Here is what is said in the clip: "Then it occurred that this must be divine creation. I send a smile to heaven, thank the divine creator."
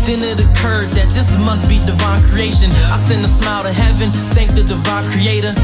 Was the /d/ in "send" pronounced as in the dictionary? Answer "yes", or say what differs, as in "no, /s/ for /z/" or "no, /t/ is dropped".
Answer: no, /d/ is dropped